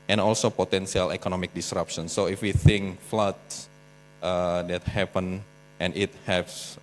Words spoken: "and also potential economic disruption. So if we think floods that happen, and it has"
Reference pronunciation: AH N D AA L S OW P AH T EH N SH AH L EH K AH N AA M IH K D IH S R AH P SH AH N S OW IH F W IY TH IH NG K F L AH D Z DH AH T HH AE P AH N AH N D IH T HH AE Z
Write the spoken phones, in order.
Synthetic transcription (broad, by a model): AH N AA L S OW P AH T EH N S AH L EH K AH N AA M IH K D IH S R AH P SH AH N S OW IH F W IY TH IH NG K F L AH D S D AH T HH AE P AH N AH N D IH T HH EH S